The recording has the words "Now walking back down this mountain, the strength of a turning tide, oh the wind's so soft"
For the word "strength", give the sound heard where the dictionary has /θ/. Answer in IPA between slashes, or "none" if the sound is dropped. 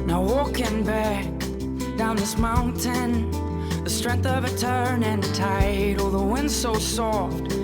/θ/